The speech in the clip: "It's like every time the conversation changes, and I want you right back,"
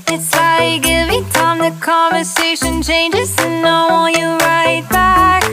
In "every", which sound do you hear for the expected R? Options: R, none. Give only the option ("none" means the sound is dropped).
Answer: none